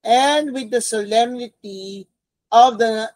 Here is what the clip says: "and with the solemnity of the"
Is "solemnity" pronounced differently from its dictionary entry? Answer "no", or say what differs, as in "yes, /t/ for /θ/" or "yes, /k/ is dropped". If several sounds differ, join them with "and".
no